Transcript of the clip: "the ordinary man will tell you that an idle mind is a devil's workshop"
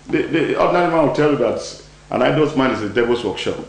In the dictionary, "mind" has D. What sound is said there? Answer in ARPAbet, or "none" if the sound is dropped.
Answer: none